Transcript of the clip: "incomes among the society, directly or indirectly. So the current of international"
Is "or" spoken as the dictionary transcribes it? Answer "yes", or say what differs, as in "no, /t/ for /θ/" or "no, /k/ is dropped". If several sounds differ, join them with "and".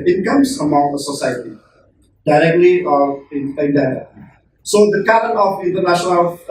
no, /l/ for /ɹ/